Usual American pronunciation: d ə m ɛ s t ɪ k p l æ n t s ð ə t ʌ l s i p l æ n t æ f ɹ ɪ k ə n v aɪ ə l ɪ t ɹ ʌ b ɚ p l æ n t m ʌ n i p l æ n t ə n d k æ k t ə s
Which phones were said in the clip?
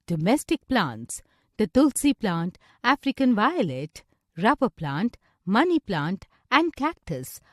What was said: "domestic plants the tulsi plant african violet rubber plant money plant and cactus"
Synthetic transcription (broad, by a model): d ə m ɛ s t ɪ k p l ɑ n t s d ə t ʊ l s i p l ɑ n t æ f ɹ ɪ k ə n v aɪ ə l ɪ t ɹ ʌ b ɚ p l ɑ n t m ʌ n i p l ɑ n t ə n d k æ k t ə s